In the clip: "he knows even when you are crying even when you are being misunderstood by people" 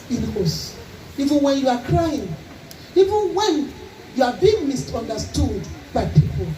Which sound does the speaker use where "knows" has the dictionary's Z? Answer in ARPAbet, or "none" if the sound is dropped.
S